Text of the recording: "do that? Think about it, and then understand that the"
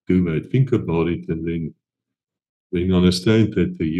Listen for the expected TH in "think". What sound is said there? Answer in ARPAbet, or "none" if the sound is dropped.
F